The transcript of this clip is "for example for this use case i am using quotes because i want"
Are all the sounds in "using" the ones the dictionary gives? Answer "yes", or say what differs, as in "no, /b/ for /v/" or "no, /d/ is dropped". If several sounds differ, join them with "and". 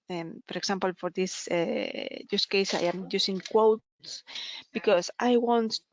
no, /s/ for /z/